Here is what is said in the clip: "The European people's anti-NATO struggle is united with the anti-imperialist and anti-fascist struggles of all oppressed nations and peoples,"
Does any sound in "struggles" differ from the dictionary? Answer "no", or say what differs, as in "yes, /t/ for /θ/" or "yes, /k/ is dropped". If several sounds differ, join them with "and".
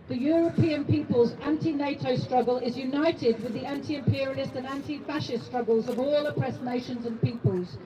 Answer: no